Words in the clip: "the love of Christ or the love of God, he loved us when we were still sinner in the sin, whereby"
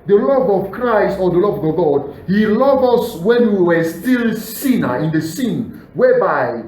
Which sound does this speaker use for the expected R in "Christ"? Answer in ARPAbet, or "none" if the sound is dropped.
R